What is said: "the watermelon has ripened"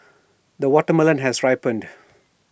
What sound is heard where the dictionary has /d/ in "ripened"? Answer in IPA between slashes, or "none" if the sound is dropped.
/d/